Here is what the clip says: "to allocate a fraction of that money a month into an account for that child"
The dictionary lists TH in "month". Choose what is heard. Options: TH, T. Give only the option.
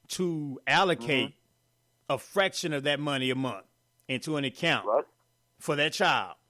TH